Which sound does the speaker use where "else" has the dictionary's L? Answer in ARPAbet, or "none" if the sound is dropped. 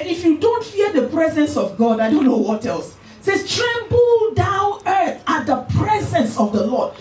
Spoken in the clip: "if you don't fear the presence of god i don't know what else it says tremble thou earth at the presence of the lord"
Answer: L